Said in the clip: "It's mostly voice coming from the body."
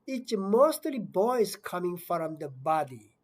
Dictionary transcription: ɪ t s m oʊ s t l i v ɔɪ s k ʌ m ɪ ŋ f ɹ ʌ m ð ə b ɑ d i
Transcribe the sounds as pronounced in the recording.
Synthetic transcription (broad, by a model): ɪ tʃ m oʊ s t l i b ɔɪ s k ʌ m ɪ ŋ f ɹ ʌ m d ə b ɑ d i